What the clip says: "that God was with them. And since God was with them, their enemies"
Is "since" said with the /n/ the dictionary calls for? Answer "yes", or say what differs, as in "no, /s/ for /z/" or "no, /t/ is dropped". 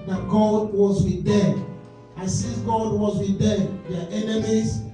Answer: no, /n/ is dropped